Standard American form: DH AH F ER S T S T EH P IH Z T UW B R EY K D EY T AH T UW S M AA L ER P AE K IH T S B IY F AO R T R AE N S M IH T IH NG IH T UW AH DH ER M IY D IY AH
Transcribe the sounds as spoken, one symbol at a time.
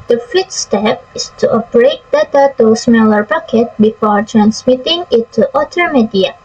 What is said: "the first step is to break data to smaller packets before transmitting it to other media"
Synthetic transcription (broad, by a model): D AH F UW T S T EH P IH S T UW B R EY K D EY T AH T UW S M AA L ER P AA K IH T B IY F AO R T R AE N S M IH T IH NG IH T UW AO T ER M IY D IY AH